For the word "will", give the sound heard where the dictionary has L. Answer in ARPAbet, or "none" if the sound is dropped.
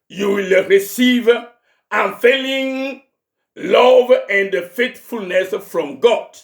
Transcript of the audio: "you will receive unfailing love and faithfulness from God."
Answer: L